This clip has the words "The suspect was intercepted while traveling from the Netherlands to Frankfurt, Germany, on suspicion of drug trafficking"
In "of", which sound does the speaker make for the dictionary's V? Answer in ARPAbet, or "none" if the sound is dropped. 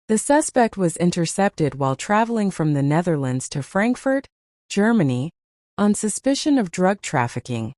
V